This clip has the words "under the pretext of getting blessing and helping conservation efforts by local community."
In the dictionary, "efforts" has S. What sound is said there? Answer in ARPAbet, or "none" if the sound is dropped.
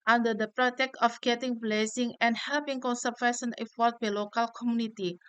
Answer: none